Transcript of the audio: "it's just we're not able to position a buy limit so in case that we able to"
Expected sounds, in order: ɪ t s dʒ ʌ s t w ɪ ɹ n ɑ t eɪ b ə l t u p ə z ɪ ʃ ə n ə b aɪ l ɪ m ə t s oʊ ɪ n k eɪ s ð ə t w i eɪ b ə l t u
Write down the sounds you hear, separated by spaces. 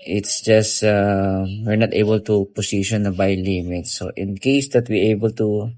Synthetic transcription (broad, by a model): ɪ t s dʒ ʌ s t w ɪ ɹ n ɑ t eɪ b ə l t u p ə s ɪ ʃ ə n ə b aɪ l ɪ m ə t s oʊ ɪ n k eɪ s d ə t w i eɪ b ə l t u